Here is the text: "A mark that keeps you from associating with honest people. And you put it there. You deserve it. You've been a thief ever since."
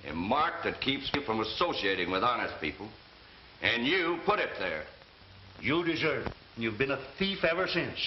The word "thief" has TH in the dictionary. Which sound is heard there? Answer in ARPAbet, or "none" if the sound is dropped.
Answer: TH